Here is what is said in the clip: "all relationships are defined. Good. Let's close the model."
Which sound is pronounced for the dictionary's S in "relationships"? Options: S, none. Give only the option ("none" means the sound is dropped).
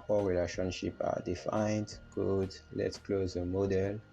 none